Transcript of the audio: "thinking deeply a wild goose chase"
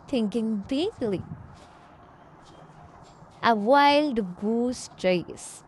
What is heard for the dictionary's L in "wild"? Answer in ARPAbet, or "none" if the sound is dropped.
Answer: L